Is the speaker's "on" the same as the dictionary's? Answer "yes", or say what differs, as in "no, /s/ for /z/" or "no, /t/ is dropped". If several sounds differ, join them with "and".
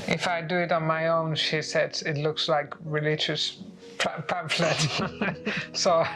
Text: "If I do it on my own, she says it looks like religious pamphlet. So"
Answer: yes